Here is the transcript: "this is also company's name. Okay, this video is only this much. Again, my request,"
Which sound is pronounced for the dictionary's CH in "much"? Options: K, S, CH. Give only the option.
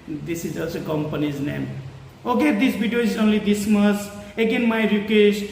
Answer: S